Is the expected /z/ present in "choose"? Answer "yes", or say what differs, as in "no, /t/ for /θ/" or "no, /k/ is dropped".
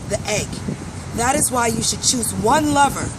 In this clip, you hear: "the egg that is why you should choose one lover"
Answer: yes